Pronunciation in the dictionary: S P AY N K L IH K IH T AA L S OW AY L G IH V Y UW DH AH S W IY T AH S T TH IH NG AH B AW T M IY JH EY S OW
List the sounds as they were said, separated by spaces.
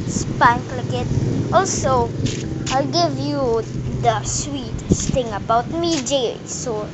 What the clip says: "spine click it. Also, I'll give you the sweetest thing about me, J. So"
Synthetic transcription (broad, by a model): S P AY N K L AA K IH T AA L S OW AY L G IH V Y UW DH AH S W IY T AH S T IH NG AH B AW T M IY JH EY S OW